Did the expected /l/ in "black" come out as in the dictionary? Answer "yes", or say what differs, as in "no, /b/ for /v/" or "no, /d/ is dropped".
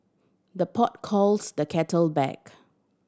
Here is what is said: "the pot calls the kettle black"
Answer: no, /l/ is dropped